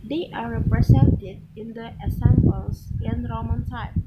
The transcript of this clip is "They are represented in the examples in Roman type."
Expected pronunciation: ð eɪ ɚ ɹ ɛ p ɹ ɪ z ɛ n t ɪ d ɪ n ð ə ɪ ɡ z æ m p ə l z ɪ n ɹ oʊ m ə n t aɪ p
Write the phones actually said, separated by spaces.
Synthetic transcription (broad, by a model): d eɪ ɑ ɹ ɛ p ɹ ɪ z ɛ n t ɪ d ɪ n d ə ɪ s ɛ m b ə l s ɪ n ɹ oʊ m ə n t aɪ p